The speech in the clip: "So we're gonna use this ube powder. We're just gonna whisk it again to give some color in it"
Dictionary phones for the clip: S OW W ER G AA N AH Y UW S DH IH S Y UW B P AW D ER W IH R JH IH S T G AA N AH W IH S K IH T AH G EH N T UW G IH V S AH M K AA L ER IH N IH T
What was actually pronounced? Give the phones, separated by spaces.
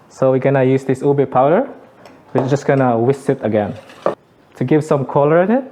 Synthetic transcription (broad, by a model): S OW W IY G AA N AH Y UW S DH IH S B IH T P AW D ER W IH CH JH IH S G AA N AH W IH S IH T AH G EH N T UW G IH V S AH M K AA L ER IH N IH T